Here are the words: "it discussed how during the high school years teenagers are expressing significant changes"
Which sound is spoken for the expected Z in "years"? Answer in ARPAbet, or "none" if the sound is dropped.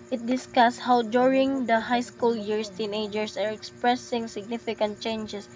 S